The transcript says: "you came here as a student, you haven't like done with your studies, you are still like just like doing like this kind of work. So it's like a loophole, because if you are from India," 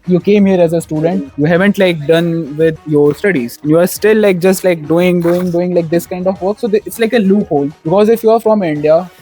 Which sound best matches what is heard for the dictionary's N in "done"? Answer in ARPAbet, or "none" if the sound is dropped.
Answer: N